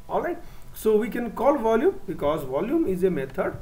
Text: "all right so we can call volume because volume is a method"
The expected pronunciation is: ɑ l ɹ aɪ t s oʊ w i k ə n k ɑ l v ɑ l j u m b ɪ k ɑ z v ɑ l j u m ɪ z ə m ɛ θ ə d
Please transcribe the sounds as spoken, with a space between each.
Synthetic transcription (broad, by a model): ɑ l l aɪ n s oʊ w i k ə n k ɑ l v ɑ l j u m b ɪ k ɑ z v ɑ l j u m ɪ z ə m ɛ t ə d